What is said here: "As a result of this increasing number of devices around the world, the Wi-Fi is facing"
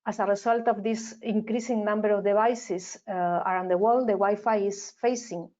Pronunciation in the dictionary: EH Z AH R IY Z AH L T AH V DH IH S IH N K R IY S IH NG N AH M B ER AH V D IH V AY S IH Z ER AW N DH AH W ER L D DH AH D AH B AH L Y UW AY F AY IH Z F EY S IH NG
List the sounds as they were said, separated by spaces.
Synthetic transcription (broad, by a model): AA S AH R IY S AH L T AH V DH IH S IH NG K R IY S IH NG N AH M B ER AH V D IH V AY S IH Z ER AW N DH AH W ER L D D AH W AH Y F AY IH S F EY S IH NG